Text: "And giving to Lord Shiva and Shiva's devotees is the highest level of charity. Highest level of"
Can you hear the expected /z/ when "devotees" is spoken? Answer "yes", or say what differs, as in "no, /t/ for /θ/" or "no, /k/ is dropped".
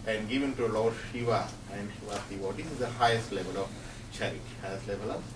no, /z/ is dropped